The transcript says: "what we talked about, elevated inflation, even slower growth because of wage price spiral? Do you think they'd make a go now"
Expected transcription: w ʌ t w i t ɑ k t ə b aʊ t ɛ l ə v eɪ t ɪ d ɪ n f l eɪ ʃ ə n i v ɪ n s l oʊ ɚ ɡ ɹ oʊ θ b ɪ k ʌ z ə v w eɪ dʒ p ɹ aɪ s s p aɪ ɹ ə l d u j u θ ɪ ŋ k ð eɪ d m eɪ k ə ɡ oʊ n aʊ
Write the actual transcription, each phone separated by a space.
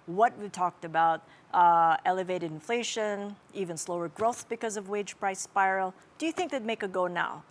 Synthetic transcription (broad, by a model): w ʌ t w i t ɑ k t ə b aʊ t ɛ l ə v eɪ t ɪ d ɪ n f l eɪ ʃ ə n i v ɪ n s l oʊ ɚ ɡ ɹ oʊ θ b ɪ k ʌ z ə v w eɪ dʒ p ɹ aɪ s s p aɪ ɹ l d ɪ j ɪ θ ɪ ŋ k ð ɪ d m eɪ k ə ɡ oʊ n aʊ